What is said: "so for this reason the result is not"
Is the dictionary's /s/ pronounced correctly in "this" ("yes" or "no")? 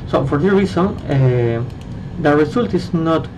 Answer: no